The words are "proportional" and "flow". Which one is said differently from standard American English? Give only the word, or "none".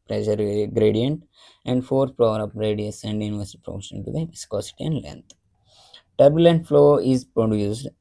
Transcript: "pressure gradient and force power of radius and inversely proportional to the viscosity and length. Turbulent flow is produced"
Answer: proportional